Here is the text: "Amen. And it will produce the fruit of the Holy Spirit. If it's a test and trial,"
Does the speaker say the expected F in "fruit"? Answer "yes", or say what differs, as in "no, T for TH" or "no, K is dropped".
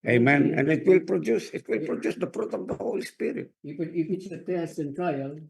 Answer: no, P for F